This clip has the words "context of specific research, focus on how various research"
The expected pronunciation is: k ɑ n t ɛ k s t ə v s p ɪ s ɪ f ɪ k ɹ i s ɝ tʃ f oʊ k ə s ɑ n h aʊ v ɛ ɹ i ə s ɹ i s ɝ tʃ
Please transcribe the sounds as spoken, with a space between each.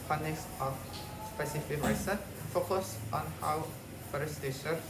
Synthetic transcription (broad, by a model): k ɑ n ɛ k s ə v s p ɪ s ɪ f ɪ k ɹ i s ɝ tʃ f oʊ k ə s ɑ n h aʊ f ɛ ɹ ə s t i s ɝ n